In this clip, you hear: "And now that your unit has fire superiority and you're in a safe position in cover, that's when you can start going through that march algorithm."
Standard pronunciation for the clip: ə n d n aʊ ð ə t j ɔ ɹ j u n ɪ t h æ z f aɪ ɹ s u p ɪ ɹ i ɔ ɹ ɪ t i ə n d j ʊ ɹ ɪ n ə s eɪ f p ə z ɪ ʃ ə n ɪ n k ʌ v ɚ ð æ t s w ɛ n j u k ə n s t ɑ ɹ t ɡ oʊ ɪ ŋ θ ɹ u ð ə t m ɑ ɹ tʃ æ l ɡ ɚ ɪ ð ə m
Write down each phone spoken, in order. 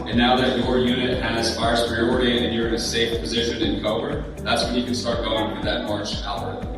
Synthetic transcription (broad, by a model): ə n n aʊ ð ə t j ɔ ɹ j u n ɪ t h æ s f aɪ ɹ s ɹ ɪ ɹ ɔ ɹ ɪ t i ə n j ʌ ɹ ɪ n ə s eɪ f p ə z ɪ ʃ ə n ɪ n k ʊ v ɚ ð æ t s w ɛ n j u k ə n s t ɑ ɹ t ɡ oʊ ɪ ŋ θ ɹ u ð ə t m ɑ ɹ ɪ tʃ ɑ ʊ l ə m